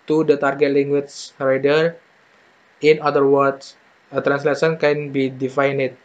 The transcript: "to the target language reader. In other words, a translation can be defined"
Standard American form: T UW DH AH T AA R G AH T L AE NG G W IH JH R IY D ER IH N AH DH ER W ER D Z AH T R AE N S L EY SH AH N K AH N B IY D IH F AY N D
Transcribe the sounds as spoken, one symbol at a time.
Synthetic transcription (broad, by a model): T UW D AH T AA R G AH T L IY NG G W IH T R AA D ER IH N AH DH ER W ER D S AH T R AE N S L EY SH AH N K AH N B IY D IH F AY N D